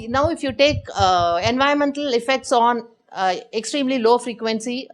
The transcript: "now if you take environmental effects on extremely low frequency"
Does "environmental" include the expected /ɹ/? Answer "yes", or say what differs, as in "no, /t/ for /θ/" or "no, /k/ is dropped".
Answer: no, /ɹ/ is dropped